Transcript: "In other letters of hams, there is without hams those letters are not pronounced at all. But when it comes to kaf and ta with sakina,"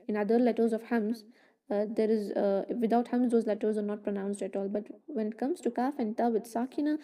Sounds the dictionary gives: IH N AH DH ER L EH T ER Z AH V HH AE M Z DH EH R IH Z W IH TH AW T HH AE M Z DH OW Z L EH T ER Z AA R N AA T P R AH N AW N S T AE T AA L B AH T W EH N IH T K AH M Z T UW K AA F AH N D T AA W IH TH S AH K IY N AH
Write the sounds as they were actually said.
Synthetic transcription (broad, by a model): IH N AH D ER L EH T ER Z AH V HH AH M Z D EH R IH Z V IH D AW T HH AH M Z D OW Z L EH T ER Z AA R N AA T P R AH N AW N S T AE T AA L B AH T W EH N IH T K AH M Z T UW K AA F AH N D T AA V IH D S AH K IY N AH